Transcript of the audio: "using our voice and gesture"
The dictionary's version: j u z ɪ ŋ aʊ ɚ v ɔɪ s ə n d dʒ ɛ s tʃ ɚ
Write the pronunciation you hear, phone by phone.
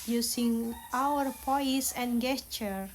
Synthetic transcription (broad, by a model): j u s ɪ ŋ aʊ ɚ p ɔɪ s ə n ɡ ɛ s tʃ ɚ